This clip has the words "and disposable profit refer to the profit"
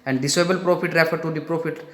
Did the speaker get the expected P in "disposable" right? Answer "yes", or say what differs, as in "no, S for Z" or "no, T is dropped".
no, P is dropped